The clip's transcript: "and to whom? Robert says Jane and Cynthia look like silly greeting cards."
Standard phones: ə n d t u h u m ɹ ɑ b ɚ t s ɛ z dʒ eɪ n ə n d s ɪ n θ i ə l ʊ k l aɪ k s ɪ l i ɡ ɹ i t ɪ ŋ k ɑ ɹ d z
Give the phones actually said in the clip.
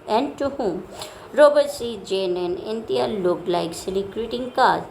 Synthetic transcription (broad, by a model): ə n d t u h u m ɹ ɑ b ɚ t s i dʒ eɪ n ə n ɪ n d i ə l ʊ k l aɪ k s ɪ l i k ɹ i t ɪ ŋ k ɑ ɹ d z